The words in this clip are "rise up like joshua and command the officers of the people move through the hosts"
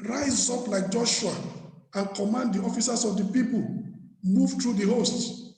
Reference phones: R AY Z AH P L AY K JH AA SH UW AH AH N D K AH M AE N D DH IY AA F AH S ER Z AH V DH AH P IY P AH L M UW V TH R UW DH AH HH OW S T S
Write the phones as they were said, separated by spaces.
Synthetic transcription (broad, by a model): R AY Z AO P L AY K JH AA SH UW AH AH N K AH M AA N D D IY AA F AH S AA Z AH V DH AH P IY P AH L M UW V T R UW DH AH HH OW S T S